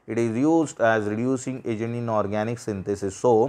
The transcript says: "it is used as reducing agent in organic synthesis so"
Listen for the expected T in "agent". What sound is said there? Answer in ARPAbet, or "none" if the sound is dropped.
none